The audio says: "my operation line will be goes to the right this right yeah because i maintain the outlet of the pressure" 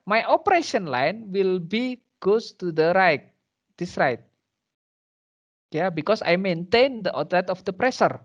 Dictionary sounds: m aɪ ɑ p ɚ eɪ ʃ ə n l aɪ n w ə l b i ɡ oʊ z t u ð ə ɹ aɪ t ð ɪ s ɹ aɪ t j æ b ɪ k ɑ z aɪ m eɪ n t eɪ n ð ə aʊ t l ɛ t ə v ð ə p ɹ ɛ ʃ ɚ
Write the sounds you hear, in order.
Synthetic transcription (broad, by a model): m aɪ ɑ p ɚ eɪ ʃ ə n l aɪ n w ə l b i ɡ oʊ s t u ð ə ɹ aɪ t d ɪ s ɹ aɪ t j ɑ b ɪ k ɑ s aɪ m eɪ n t eɪ n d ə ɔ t ɛ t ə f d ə p ɹ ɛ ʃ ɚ